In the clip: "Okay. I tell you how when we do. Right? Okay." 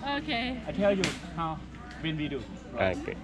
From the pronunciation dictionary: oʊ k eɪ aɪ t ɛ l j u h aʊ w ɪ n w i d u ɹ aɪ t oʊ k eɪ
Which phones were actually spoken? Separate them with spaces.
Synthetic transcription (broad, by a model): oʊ k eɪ aɪ t ɛ l j u h aʊ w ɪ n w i d u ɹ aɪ oʊ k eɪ